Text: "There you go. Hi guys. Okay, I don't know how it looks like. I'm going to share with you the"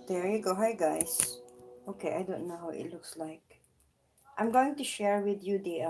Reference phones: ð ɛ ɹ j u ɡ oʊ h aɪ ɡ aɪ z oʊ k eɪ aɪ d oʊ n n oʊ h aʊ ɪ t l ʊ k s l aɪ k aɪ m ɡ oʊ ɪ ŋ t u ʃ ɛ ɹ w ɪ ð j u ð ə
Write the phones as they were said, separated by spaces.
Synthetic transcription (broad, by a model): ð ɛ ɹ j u ɡ oʊ h aɪ ɡ aɪ s oʊ k eɪ aɪ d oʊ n n oʊ h aʊ ɪ t l ʊ k s l aɪ k aɪ m ɡ oʊ ɪ ŋ t u ʃ ɛ ɹ w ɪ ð j u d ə